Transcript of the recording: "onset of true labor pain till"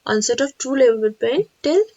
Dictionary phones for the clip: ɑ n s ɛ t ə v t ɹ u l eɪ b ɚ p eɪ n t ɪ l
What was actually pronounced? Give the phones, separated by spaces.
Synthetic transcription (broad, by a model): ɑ n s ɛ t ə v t u l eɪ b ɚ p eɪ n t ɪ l